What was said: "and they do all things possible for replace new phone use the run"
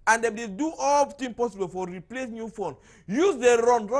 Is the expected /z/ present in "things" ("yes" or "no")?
no